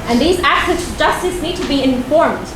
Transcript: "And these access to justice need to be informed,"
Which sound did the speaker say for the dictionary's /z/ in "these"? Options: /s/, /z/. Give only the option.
/z/